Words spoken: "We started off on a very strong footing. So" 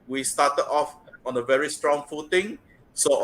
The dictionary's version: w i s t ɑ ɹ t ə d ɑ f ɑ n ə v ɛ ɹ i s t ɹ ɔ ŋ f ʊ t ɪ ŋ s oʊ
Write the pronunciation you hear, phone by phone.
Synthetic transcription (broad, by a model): w i s t ɑ t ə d ɑ f ɑ n ə v ɛ ɹ i s t ɹ ɔ ŋ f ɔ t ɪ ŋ s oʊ